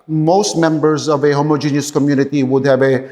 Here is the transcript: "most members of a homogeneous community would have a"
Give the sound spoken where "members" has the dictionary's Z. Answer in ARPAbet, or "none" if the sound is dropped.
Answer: Z